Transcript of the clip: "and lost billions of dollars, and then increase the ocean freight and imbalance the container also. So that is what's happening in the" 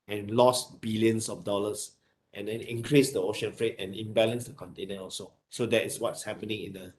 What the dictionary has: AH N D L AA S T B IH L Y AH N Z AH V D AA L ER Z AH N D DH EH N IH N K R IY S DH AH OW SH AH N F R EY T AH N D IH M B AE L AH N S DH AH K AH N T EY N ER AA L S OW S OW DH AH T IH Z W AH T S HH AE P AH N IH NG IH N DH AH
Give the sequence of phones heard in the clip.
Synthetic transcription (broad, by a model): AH N L AA S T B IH L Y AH N S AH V D AA L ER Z AH N D EH N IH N K R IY S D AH OW SH AH N F R EY T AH N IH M B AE L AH N S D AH K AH N T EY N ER AA L S OW S OW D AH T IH S W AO T S HH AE P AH N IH NG IH N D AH